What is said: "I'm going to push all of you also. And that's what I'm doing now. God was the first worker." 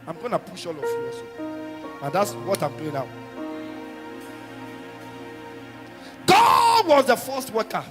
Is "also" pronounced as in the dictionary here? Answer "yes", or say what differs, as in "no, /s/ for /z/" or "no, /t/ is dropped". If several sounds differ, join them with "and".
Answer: no, /l/ is dropped